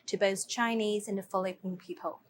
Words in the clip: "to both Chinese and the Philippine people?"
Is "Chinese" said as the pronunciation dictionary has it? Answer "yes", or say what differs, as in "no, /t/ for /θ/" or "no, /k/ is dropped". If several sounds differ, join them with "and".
yes